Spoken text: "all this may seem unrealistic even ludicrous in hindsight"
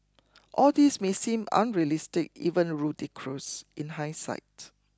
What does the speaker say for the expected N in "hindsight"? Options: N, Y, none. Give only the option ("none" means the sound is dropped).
none